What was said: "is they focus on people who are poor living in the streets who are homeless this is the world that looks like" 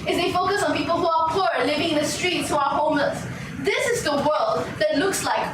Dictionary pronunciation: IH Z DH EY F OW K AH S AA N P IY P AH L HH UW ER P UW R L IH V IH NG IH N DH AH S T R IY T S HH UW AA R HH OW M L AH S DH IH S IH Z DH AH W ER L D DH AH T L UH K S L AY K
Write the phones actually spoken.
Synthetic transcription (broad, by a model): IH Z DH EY F OW K AH S AA N P IY P AH L HH UW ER P UW R L IH V IH NG IH N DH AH S T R IY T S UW AA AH HH OW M AH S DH IH S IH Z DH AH W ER L D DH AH T L UH K S L AY K